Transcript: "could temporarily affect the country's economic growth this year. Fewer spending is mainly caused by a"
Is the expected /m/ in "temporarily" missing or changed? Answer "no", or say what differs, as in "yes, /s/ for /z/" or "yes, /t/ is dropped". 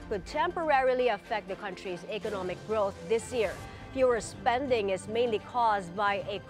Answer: no